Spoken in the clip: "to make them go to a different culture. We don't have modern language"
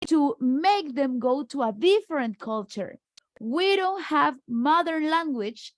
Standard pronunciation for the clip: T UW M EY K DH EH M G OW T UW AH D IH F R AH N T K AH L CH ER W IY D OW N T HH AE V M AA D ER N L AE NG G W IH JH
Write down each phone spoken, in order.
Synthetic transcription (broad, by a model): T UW M EY K DH EH M G OW T UW AH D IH F R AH N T K AH L CH ER W IY D OW N T HH AE V M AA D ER N L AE NG G W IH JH